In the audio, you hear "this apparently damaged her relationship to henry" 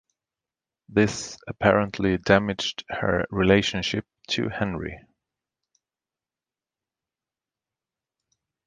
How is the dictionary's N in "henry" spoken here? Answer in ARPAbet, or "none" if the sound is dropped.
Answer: N